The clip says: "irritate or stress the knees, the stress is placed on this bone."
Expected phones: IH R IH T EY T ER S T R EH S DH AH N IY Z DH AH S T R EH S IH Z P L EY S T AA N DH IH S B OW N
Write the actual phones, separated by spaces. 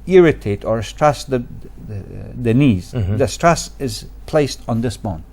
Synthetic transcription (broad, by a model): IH R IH T EY T ER S T R EH S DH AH N IY Z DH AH S T R EH S IH Z P L EY S T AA N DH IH S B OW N